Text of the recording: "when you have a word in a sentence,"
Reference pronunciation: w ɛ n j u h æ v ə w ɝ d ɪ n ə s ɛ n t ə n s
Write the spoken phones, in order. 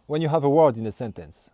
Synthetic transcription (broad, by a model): w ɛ n j u h æ v ə w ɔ d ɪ n ə s ɛ n t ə n s